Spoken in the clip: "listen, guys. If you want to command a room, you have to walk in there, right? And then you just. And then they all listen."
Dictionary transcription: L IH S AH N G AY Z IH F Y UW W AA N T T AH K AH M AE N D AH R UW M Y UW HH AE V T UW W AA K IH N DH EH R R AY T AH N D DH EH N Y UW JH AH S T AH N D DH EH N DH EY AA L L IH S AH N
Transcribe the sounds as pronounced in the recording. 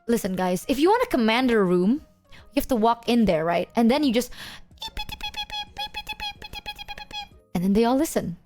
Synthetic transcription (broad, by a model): L IH S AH N G AY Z IH F Y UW W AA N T T AH K AH M AE N D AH R UW M Y UW HH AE F T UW W AA K IH N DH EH R R AY T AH N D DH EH N Y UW JH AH S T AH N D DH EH N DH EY AA L L IH S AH N